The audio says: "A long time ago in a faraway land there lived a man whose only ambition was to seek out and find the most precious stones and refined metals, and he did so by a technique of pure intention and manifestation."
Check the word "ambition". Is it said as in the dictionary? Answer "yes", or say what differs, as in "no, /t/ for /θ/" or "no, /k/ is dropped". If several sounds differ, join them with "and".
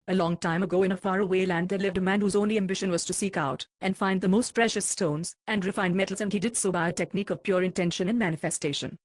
yes